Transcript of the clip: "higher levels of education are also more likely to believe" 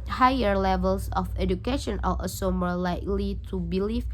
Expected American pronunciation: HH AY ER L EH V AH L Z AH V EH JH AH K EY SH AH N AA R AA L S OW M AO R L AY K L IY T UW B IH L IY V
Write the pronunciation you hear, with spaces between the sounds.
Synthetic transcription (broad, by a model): HH AY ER L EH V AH L S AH F EH JH AH K EY SH AH N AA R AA S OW M AO R L AY K L IY T UW B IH L IY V